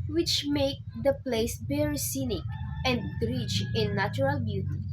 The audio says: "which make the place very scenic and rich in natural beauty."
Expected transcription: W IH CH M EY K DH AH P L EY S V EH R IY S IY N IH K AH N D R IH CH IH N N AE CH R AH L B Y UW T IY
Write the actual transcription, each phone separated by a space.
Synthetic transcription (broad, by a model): W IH CH M EY K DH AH P L EY S B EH R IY S IY N IH K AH N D R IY CH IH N N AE CH R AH L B Y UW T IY